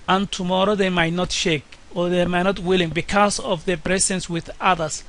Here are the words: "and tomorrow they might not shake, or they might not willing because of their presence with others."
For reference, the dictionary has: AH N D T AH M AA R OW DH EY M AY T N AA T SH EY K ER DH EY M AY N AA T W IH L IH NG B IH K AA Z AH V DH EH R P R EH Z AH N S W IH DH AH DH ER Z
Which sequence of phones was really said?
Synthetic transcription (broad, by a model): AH N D T AH M AA R OW DH EY M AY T N AA T SH EY K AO DH EY M AY N AA T W IH L IH NG B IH K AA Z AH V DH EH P R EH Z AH N S W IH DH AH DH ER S